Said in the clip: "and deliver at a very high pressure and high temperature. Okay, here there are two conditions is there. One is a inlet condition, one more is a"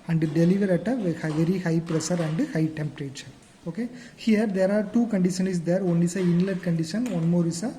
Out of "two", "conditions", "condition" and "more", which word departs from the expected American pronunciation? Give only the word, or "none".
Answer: conditions